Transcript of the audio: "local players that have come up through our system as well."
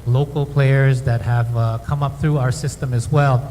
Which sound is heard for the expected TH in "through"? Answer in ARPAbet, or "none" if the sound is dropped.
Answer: TH